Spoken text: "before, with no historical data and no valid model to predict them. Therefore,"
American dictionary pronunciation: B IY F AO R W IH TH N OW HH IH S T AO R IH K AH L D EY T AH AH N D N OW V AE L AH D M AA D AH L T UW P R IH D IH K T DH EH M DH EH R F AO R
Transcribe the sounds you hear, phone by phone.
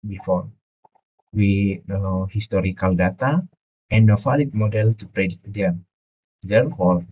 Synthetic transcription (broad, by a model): B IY F AO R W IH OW HH IH S T AO R IH K AH L D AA T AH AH N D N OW F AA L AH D M AA D AH L T UW P R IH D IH T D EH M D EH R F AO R